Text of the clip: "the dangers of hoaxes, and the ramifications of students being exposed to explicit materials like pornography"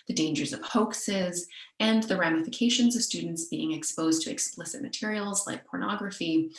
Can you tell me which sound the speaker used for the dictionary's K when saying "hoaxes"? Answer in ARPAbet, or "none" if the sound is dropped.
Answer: K